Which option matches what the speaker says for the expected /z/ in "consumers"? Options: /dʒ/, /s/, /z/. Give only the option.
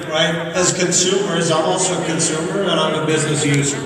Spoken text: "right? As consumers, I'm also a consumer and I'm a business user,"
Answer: /z/